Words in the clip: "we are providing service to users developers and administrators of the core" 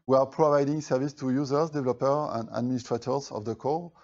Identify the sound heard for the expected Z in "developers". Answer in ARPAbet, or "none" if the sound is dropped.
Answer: none